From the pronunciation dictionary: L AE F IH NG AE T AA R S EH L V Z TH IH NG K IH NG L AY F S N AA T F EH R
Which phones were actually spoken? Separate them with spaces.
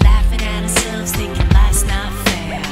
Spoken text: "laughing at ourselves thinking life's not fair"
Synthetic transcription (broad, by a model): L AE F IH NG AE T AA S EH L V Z T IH K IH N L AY S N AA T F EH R